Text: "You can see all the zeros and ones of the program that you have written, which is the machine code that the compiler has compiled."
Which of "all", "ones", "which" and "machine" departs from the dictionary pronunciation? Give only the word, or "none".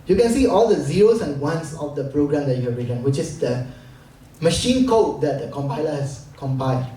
ones